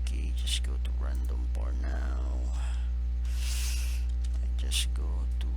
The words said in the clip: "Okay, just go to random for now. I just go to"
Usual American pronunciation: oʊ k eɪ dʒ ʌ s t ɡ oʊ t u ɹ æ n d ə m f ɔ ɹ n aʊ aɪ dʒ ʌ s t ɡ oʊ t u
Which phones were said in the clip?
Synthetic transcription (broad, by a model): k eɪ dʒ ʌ s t ɡ oʊ t u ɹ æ n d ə m p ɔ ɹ n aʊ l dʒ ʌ s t ɡ oʊ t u